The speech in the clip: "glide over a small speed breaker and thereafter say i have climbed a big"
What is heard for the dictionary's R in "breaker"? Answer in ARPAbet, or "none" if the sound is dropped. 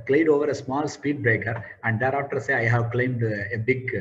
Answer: R